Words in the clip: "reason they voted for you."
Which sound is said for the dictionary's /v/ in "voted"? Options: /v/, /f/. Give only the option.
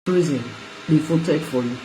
/f/